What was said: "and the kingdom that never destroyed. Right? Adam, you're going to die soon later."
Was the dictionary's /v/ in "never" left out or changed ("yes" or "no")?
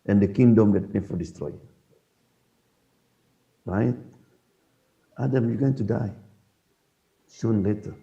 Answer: yes